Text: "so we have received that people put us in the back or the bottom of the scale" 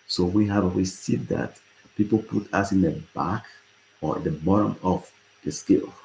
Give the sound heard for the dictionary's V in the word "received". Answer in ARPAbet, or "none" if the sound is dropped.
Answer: none